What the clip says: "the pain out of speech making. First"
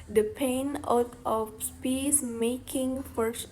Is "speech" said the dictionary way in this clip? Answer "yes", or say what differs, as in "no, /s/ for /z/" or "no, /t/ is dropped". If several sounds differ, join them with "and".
no, /s/ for /tʃ/